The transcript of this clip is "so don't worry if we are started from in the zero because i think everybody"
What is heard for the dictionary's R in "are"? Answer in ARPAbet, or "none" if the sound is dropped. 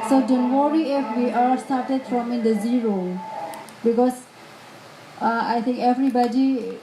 L